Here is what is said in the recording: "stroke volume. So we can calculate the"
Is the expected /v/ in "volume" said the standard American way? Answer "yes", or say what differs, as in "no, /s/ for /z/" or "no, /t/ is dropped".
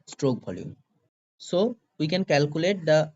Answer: no, /b/ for /v/